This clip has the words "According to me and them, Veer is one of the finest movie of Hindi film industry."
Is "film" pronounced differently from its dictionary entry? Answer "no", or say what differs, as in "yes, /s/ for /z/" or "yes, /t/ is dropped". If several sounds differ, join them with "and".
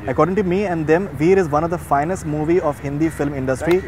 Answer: no